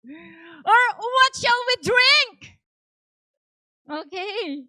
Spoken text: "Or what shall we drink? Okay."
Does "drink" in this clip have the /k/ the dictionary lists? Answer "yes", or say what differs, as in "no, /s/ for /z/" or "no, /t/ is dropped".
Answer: yes